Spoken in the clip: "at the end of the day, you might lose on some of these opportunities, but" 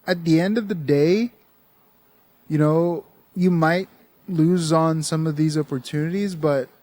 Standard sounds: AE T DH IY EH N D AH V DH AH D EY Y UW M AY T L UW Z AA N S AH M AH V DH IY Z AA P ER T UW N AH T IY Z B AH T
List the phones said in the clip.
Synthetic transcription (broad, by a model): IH T DH IY EH N D AH V DH AH D EY Y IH M AY T L UW Z N S AH M AH V DH IY Z AA P ER T UW N AH T IY Z B AH T